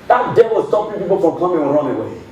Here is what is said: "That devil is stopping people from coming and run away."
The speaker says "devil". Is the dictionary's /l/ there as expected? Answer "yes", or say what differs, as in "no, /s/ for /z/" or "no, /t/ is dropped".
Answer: no, /w/ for /l/